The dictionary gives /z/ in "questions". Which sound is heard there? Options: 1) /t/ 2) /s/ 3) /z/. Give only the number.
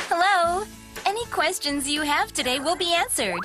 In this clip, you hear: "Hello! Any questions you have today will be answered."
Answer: 3